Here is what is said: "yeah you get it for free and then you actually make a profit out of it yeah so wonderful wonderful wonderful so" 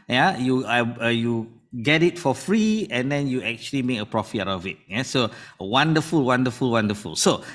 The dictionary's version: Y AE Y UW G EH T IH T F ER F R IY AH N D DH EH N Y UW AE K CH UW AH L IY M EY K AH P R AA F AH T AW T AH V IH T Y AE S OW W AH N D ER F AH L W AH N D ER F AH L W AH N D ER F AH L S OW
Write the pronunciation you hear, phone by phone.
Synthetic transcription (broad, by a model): Y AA Y UW G EH T IH T F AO F R IY AH N D EH N Y UW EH K CH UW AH L IY M EY K AH P R AA F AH AW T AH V IH T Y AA S OW W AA N D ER F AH L W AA N D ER F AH L W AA N D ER F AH L S OW